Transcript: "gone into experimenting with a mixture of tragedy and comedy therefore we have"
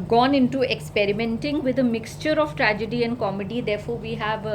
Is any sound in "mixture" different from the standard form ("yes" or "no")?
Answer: no